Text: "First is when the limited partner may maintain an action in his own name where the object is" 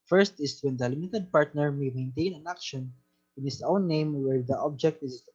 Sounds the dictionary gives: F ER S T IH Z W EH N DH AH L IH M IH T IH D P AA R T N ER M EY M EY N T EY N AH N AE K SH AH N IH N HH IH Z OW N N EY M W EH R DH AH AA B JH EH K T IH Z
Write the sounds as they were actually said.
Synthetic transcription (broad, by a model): F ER S T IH S W EH N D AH L IH M IH T IH D P AA R T N ER M EY M EY N T EY N AH N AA K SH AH N IH N HH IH S OW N N EY M W EH R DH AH AA B JH EH K T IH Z